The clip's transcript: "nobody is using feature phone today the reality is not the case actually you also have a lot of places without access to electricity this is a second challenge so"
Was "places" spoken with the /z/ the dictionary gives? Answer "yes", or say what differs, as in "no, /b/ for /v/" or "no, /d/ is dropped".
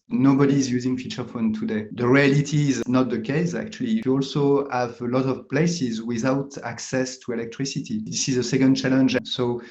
yes